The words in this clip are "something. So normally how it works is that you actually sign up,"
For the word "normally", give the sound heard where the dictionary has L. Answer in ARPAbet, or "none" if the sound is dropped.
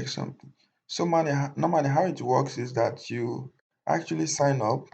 N